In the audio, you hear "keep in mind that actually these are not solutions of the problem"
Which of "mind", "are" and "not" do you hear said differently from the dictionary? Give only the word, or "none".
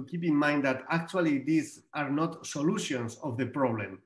none